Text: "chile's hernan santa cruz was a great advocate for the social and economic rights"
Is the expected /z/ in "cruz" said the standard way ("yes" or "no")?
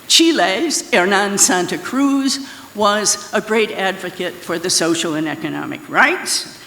yes